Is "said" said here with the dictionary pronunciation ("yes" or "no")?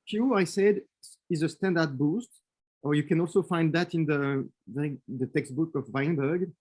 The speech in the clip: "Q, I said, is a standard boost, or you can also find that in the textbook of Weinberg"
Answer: yes